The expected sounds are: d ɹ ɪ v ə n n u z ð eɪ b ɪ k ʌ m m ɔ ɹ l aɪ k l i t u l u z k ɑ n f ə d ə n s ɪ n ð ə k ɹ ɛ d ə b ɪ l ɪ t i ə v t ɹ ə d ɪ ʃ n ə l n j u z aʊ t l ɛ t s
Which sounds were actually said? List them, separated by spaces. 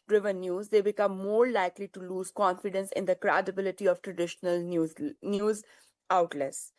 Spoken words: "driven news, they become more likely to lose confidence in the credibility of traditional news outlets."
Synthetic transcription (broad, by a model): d ɹ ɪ v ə n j u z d eɪ b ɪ k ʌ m m ɔ ɹ l aɪ k l i t u l u z k ɑ n f ə d ə n s ɪ n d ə k ɹ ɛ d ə b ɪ l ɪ t i ə v t ɹ ə d ɪ ʃ n ə l n j u z aʊ t l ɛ s